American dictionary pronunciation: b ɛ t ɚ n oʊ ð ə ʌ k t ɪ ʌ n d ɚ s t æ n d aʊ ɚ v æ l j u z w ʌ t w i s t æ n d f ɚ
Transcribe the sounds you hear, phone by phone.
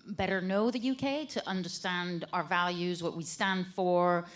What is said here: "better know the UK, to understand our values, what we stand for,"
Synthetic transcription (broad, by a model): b ɛ t ɚ n oʊ ð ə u k t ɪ ʌ n d ɚ s t æ n d aʊ ɚ v æ l j u z w ʌ t w i s t æ n d f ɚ